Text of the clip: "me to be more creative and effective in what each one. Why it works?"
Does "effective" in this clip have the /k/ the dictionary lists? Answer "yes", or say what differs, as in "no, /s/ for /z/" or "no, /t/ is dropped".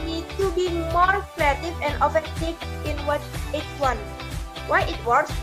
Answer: no, /k/ is dropped